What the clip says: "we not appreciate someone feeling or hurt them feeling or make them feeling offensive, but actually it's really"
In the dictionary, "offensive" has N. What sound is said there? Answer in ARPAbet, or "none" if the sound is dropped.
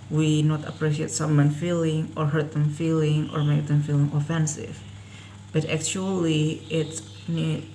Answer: N